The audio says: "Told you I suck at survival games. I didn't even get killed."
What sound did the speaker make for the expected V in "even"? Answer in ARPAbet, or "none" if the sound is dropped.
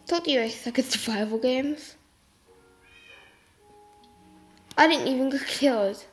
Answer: V